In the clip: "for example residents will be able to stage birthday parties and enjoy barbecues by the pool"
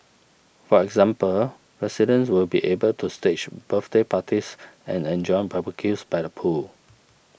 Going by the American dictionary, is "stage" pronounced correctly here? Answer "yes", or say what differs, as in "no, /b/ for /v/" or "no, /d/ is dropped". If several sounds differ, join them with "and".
no, /tʃ/ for /dʒ/